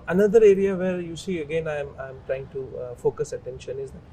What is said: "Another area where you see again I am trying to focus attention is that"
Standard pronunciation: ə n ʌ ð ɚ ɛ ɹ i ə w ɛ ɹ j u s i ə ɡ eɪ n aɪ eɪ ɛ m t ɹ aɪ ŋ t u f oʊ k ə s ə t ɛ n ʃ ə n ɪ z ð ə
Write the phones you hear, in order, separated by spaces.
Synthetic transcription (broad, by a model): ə n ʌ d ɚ ɛ ɹ i ə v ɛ ɹ j u s i ə ɡ eɪ n aɪ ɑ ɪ m t ɹ aɪ ŋ t u f oʊ k ə s ə t ɛ n ʃ ə n ɪ z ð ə